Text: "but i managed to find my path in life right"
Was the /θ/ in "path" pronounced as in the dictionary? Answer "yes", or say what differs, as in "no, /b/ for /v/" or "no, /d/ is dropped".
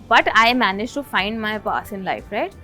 no, /s/ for /θ/